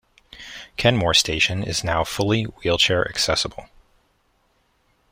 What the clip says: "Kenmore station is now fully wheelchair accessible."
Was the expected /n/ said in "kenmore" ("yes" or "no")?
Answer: yes